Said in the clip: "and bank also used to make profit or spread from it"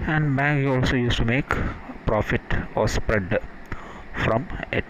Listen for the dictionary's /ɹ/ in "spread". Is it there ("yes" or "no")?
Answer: yes